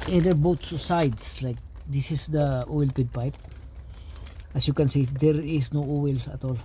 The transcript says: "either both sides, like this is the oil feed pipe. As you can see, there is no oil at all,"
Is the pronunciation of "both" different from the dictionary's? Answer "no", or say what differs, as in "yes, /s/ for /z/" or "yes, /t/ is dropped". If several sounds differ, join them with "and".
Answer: yes, /s/ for /θ/